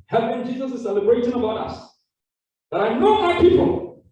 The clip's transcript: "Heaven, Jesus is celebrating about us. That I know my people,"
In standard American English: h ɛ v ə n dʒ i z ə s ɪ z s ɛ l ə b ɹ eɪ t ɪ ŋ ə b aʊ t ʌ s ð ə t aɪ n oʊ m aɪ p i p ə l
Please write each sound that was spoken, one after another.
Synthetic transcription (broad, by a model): h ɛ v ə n dʒ i z ə s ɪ s ɛ l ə b ɹ eɪ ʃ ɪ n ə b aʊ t ʌ s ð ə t aɪ n oʊ m aɪ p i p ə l